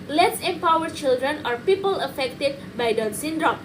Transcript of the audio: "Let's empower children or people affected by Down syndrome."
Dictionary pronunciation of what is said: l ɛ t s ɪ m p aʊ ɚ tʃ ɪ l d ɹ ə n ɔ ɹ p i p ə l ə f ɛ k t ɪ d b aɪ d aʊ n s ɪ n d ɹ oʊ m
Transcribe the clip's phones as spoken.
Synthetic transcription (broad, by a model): l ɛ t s ɪ m p aʊ ɚ tʃ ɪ l d ɹ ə n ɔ ɹ p i p ə l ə f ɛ k t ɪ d b aɪ d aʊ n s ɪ n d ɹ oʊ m